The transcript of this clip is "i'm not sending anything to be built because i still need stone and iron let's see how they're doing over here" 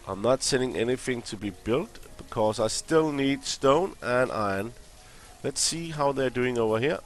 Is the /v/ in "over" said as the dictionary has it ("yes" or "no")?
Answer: yes